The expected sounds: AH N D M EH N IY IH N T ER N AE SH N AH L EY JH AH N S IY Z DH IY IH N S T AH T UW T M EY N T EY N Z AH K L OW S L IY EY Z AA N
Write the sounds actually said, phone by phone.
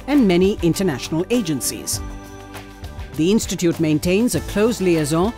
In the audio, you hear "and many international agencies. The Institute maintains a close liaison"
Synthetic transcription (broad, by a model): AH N M EH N IY IH N T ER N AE SH N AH L EY JH AH N S IY Z DH IY IH N S T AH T UW T M EY N T EY N Z AH K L OW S L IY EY Z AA